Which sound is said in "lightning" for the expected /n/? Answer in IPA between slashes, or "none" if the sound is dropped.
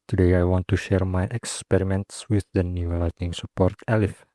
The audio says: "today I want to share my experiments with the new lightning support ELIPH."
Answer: none